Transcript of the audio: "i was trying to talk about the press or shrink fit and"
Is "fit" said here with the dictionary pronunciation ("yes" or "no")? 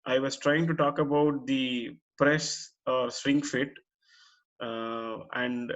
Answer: yes